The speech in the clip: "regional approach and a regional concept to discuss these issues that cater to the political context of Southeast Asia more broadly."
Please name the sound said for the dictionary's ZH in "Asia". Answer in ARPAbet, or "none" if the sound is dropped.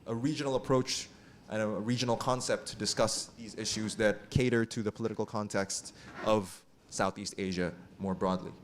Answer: ZH